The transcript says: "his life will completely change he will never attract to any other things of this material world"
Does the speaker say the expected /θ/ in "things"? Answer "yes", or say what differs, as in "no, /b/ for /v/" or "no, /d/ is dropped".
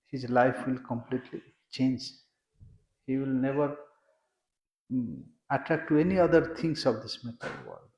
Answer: no, /t/ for /θ/